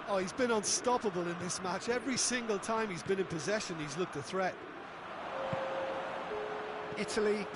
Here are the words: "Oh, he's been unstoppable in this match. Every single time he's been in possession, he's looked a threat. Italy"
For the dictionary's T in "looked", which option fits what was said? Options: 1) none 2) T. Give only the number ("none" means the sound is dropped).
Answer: 2